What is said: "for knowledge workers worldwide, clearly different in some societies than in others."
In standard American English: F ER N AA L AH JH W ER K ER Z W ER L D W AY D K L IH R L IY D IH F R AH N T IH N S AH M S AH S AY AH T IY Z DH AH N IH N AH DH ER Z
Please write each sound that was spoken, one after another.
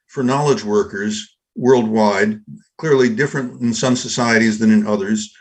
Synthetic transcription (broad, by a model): F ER N AA L AH JH W ER K ER Z W ER L D W AY D K L IH R L IY D IH F R AH N T IH N S AH M S AH S AY AH T IY Z DH AH N IH N AH DH ER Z